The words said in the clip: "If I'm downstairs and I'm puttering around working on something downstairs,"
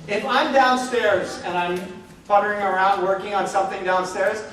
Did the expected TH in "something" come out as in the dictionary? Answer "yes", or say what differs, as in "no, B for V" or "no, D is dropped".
yes